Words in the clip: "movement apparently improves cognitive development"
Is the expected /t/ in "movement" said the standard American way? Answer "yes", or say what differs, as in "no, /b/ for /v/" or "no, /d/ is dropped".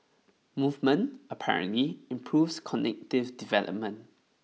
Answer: yes